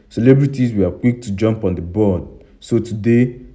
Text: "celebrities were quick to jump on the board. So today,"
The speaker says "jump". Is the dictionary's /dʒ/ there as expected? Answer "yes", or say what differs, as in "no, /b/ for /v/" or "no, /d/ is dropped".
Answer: yes